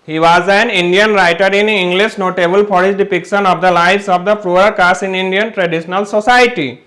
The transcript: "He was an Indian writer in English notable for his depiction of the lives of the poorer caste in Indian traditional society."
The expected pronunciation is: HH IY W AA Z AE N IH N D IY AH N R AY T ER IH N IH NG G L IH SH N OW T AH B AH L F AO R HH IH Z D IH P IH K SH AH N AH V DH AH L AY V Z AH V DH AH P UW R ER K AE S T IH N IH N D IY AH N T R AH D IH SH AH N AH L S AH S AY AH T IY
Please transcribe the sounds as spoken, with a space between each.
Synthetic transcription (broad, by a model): HH IY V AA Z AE N IH N D IY AH N R AY T ER IH N IH NG G L IH SH N OW T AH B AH L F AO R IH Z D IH P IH K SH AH N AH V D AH L AY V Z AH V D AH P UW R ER K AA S IH N IH N D IY AH N T R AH D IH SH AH N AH L S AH S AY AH T IY